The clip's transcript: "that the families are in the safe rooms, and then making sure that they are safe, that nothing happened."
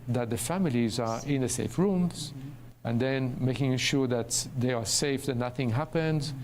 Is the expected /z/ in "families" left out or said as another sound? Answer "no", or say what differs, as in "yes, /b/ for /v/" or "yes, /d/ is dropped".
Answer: no